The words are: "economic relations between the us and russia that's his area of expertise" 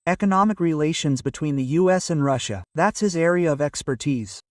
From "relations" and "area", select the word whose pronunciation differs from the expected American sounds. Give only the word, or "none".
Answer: none